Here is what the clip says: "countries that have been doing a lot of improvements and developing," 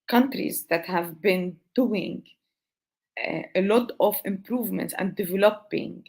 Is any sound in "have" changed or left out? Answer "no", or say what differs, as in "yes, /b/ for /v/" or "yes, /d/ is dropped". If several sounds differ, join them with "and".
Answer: no